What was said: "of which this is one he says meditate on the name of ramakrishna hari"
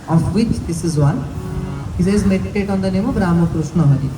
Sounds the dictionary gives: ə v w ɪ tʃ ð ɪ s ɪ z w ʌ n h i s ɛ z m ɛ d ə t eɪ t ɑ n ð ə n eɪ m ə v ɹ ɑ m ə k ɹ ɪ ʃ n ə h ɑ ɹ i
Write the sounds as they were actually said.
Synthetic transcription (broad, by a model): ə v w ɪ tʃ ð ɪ s ɪ z w ʌ n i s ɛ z m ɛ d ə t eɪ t ɑ n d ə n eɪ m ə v ɹ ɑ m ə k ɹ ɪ s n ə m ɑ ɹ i